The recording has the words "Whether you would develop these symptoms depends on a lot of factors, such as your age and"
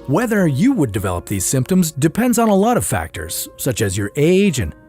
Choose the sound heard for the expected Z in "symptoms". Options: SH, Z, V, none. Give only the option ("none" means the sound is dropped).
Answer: Z